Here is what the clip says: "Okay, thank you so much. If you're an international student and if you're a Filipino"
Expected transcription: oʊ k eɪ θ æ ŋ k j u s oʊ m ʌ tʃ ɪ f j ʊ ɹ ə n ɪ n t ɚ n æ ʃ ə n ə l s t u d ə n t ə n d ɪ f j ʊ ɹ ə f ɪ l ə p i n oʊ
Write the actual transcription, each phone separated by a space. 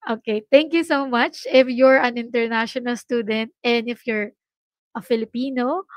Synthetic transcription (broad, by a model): oʊ k eɪ t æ ŋ k j u s oʊ m ʌ tʃ ɪ f j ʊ ɹ ə n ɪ n t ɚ n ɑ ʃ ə n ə l s t u d ə n t ə n d ɪ f j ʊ ɹ ə f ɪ l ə p i n oʊ